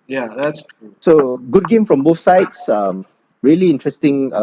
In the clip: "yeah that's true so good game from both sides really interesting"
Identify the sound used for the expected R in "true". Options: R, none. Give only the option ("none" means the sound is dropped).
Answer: none